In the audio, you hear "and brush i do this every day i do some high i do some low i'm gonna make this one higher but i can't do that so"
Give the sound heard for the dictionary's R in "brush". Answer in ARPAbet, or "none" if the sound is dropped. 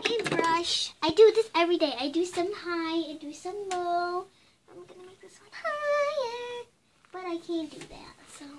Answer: R